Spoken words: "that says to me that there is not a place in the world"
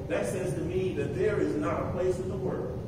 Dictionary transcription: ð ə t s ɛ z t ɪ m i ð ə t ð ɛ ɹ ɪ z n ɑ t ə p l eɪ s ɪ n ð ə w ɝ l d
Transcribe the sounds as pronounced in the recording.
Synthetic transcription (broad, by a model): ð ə t s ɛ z t ɪ m i ð ə t ð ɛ ɹ ɪ z n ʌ t ə p l eɪ s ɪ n ð ə w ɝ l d